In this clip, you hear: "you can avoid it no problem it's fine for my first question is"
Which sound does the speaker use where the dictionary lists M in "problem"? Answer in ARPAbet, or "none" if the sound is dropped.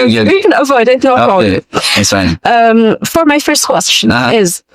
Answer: none